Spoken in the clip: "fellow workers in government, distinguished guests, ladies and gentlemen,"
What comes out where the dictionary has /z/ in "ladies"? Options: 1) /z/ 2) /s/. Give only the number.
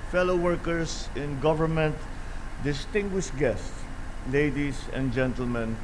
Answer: 2